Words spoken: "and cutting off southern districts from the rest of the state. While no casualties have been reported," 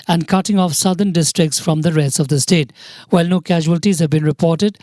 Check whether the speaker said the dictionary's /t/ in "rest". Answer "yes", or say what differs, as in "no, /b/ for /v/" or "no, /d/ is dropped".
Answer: no, /t/ is dropped